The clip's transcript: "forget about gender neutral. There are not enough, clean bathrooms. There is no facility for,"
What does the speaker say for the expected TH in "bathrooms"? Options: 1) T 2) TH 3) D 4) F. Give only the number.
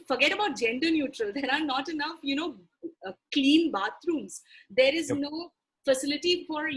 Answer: 1